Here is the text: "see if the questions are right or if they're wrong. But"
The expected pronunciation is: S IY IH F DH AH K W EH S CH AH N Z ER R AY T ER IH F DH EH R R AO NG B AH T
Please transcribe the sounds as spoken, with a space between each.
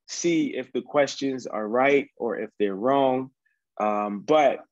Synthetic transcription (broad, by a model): S IY IH F DH AH K W EH S CH AH N Z ER R AY T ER IH F DH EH R R AO NG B AH T